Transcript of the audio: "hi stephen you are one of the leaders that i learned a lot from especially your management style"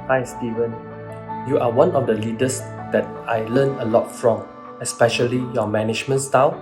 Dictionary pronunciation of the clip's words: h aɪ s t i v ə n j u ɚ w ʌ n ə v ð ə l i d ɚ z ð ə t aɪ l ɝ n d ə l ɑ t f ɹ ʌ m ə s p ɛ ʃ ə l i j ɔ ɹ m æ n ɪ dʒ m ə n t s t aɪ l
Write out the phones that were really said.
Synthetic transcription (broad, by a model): h aɪ s t i v ə n j u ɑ w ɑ n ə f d ə l i d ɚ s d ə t aɪ l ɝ n ə l ɑ t f ɹ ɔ m ə s p ɛ ʃ ə l i j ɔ m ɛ n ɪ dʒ m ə n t s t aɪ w